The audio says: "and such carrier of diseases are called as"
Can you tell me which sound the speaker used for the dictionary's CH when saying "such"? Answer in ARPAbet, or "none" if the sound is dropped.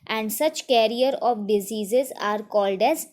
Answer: CH